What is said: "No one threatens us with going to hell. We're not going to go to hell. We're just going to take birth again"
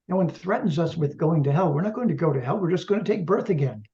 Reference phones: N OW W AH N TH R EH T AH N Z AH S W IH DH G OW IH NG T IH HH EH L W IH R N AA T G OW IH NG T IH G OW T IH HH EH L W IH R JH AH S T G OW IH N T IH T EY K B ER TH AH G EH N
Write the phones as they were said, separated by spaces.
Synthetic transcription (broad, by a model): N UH W AH N TH R EH T N Z AH S W IH DH G OW IH NG T IH HH EH L W IH R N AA T G OW IH NG T IH G OW T IH HH EH L W IH R JH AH S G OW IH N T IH T EY K B ER TH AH G EH N